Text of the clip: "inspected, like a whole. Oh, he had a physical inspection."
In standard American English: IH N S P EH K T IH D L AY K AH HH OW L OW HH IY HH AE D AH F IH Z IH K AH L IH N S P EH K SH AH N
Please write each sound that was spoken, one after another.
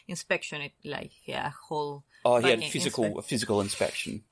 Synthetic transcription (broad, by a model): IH N S P EH K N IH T L AY K AH HH OW L OW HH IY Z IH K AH F IH Z IH K AH L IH N S P EH K SH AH N